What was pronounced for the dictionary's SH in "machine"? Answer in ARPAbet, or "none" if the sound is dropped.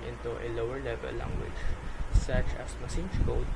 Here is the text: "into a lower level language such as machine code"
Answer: S